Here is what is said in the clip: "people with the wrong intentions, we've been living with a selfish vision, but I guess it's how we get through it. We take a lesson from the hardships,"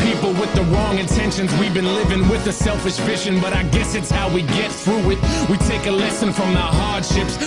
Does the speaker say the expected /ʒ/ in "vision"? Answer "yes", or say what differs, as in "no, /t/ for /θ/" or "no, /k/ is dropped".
no, /ʃ/ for /ʒ/